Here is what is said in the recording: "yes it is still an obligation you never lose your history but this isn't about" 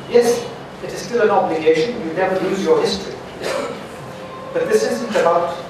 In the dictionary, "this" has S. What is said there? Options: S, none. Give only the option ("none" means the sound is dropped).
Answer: S